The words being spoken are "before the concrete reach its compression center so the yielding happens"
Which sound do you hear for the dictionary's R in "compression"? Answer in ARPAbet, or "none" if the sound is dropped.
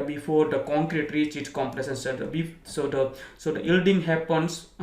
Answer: L